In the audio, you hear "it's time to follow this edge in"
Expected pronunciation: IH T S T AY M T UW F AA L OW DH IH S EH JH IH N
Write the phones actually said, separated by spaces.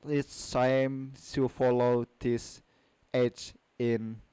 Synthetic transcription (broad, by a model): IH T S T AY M S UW F AA L OW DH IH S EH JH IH N